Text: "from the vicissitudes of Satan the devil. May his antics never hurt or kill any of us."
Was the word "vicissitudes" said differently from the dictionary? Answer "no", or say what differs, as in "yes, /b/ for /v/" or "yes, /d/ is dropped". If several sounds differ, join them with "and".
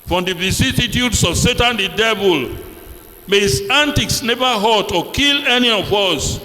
yes, /s/ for /z/